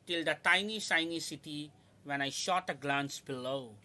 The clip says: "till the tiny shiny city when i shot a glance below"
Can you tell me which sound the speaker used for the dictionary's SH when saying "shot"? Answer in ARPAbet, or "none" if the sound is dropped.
SH